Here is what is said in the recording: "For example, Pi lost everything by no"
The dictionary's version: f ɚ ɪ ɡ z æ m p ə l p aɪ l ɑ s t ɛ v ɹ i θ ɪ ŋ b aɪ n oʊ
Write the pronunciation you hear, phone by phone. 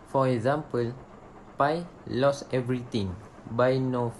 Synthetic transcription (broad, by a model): f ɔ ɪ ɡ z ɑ m p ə l p aɪ l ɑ s ɛ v ɹ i t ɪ ŋ b aɪ n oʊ